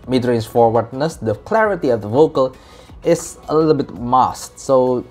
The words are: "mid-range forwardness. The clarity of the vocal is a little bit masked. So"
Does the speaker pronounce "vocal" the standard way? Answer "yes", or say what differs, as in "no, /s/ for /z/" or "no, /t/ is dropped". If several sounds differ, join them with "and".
yes